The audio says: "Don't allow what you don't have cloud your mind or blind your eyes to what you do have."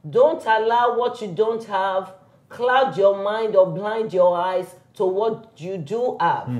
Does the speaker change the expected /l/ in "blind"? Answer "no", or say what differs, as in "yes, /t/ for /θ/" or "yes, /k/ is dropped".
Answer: no